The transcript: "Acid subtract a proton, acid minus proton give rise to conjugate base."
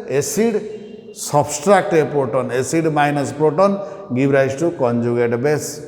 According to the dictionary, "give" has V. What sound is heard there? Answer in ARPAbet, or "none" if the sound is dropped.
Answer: B